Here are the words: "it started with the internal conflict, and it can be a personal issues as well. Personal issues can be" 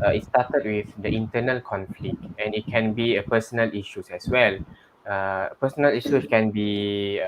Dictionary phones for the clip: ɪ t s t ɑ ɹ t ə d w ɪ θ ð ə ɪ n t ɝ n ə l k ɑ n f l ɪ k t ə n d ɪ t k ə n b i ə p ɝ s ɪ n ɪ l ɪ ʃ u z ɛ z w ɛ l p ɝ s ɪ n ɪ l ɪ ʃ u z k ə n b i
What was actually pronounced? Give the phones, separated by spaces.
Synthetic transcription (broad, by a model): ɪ t s t ɑ t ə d w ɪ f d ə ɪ n t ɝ n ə l k ɑ n f l ɪ k t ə n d ɪ t k ə n b i ə p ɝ s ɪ n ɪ l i ʃ u s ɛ s w ɛ l p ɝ s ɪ n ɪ l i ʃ u s k ə n b i